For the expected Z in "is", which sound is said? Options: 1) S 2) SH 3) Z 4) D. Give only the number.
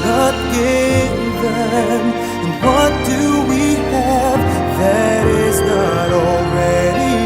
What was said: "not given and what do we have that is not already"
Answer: 3